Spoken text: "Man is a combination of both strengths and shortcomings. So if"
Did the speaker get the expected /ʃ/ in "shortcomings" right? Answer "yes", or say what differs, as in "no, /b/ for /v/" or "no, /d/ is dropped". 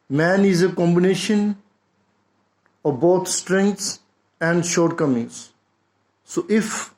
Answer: yes